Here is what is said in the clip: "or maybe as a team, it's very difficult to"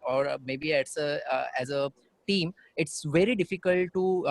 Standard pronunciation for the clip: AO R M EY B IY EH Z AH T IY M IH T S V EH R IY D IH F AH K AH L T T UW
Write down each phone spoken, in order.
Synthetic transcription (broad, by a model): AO R M EY B IY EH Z AH T IY M IH T S V EH R IY D IH F AH K AH L T T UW